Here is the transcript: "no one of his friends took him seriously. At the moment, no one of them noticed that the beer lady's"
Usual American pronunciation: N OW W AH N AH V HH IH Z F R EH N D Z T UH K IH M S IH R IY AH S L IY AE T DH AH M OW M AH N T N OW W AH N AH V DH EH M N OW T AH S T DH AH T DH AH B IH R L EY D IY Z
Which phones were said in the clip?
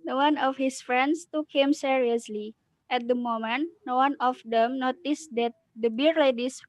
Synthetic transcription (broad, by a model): N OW W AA N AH F HH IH S F R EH N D S T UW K IH M S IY R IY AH S L IY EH T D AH M OW M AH N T N OW W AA N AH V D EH M N OW T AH S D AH T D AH B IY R L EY D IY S